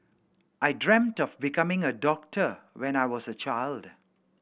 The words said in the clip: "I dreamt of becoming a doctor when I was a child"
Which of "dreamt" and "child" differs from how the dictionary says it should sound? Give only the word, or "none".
none